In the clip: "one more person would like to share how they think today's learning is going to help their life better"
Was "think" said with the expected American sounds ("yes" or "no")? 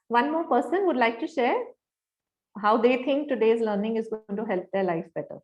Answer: no